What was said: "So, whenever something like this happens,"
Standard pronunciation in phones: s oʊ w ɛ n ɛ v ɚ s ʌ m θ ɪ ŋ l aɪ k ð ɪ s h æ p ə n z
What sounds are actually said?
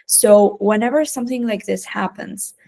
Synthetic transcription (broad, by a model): s oʊ w ɛ n ɛ v ɚ s ʌ m θ ɪ ŋ l aɪ k ð ɪ s h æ p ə n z